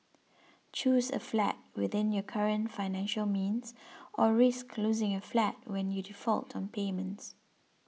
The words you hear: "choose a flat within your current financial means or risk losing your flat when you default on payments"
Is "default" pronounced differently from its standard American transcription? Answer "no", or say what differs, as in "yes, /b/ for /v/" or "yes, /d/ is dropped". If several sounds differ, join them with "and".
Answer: no